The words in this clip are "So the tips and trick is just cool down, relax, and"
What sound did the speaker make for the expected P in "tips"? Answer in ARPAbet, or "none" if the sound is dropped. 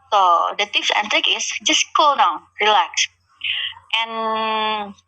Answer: F